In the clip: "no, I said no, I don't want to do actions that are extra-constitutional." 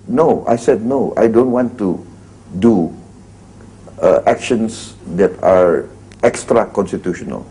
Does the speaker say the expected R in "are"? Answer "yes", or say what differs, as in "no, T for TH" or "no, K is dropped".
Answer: yes